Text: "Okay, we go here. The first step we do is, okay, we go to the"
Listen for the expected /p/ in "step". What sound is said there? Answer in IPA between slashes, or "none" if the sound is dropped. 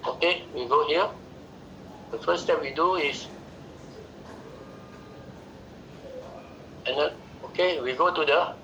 /p/